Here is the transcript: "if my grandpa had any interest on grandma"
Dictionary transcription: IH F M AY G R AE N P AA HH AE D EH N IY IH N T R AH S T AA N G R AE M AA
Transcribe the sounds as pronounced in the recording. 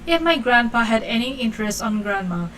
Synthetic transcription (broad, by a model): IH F M AY G R AE N P AA HH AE D EH N IY IH N T R AH S T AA N G R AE M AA